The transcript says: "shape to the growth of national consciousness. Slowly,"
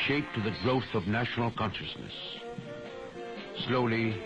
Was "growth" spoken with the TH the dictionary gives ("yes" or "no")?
yes